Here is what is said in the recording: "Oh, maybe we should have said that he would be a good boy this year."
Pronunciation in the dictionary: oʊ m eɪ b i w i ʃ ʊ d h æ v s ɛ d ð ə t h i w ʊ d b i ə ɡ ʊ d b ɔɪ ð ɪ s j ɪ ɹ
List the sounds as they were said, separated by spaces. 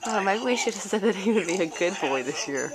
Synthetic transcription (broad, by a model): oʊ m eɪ i w i ʃ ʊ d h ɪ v s ɛ d ð ə t h i w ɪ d b i ə ɡ ʊ d b ɔɪ ð ɪ s j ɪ ɹ